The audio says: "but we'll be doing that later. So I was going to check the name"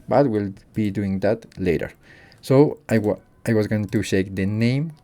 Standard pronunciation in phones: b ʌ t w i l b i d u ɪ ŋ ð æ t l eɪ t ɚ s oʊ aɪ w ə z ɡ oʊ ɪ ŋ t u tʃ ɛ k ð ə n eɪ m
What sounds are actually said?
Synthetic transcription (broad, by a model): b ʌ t w i l b i d u ɪ ŋ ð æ t l eɪ t ɚ s oʊ aɪ w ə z ɡ oʊ ɪ ŋ t u ʃ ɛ k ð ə n eɪ m